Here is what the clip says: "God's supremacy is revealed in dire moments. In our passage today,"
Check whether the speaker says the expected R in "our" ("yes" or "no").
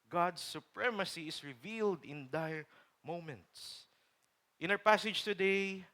no